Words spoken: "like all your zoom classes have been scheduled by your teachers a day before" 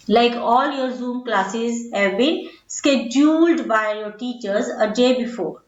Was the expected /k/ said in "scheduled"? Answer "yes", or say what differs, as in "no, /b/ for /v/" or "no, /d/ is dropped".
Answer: yes